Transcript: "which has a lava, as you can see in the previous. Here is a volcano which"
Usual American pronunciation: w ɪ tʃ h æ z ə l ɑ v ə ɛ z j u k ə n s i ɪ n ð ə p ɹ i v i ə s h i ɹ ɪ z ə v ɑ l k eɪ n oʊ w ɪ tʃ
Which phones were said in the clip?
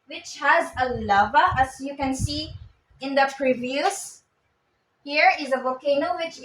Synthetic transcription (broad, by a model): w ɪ tʃ h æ z ə l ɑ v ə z j u k ə n s i ɪ n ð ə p ɹ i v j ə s h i ɹ ɪ z ə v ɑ k eɪ n oʊ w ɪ tʃ